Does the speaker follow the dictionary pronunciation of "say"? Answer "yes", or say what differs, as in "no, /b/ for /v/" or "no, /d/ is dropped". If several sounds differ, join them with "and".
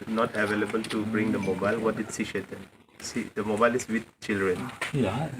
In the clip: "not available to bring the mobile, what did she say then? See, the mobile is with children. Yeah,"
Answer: no, /ʃ/ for /s/